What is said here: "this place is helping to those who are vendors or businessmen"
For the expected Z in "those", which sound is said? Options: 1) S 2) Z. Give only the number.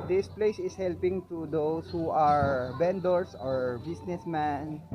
1